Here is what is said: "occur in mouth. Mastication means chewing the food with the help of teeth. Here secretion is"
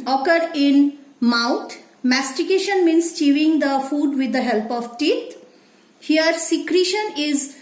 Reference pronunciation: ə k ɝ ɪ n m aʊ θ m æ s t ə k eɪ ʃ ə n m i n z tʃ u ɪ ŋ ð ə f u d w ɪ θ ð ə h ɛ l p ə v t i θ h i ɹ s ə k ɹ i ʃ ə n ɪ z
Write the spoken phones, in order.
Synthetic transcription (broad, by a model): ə k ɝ ɪ n m aʊ t m æ s t ə k eɪ ʃ ə n m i n s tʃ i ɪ ŋ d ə f u d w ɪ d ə h ɛ l p ə v t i t h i ɹ s ə k ɹ i ʃ ə n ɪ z